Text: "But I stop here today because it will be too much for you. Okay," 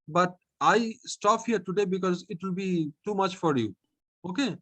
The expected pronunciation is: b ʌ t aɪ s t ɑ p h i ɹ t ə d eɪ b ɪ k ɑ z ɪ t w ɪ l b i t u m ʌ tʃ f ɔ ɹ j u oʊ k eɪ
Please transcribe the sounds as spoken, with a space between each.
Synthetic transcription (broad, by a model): b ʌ t aɪ s t ɑ p h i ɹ t ə d eɪ b ɪ k ɑ z ɪ t w ɪ l b i t u m ʌ tʃ f ɔ ɹ j u oʊ k eɪ